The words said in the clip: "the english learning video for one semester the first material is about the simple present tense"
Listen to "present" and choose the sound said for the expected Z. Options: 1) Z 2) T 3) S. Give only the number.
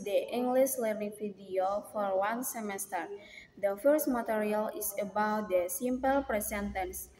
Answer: 3